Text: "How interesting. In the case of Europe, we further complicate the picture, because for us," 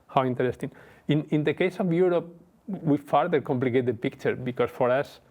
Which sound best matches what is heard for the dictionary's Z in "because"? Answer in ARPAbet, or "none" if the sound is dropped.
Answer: S